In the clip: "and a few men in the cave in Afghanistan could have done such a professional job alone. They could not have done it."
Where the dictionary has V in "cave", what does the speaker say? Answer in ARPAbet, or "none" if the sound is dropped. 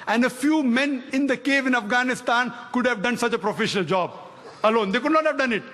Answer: V